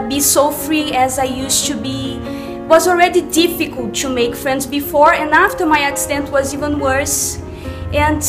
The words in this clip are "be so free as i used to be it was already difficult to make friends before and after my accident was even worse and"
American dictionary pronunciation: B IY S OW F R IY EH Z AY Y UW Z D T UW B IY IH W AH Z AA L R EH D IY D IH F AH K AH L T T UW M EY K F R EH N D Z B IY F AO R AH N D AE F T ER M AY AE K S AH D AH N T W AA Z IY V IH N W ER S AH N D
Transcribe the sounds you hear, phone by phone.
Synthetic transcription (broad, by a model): B IY S OW F R IY EH Z AY Y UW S T UW B IY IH W AH Z AA L R EH D IY D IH F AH K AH L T T UW M EY K F R EH N D Z B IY F AO R AH N D AE F T ER M AY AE K S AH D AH N T W AA Z IY V IH N W ER S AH N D